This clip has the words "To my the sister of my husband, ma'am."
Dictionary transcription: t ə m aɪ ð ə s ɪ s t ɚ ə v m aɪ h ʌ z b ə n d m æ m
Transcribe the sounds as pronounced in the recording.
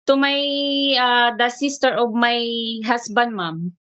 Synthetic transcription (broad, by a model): t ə m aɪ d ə s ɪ s t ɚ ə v m aɪ h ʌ s b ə n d m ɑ m